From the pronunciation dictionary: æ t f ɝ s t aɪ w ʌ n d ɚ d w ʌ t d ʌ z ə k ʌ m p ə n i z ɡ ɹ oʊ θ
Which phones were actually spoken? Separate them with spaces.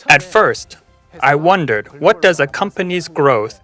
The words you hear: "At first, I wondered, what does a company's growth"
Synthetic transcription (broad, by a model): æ t f ɝ s t aɪ w ʌ n d ɚ d w ʌ t d ʌ z ə k ʌ m p ə n i z ɡ ɹ oʊ θ